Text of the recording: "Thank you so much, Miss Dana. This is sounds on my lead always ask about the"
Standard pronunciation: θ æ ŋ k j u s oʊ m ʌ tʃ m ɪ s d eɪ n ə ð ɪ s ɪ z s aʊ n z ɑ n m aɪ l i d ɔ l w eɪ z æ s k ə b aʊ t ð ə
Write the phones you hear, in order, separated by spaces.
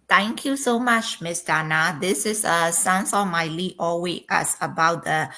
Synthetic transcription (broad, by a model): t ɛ ŋ k j u s oʊ m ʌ tʃ m ɪ s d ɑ n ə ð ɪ s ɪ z s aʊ n s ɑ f m aɪ l i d ɔ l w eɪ æ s ə b aʊ t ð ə